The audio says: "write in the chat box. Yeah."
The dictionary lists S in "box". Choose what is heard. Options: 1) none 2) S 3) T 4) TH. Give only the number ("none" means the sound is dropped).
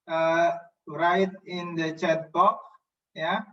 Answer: 1